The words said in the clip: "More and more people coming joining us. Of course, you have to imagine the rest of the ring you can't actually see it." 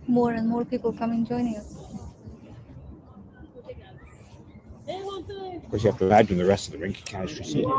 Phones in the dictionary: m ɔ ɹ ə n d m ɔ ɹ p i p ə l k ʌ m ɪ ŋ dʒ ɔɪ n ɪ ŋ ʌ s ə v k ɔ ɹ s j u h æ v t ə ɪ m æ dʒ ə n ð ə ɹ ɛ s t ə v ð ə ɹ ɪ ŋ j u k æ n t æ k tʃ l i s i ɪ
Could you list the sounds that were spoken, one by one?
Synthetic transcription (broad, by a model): m ɔ ɹ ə n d m ɔ ɹ p i p ə l k ʌ m ɪ ŋ dʒ ɔɪ n ɪ ŋ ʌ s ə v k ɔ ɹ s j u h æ f t ə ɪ æ dʒ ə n ð ə ɹ ɛ s t ə v ð ə ɹ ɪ ŋ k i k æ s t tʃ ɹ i s i